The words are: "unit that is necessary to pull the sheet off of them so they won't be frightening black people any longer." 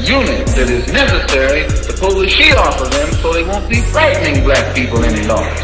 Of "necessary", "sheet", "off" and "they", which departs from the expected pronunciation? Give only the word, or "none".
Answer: sheet